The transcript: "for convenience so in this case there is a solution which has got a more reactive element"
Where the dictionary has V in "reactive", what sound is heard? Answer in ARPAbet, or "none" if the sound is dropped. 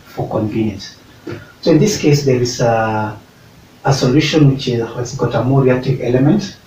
V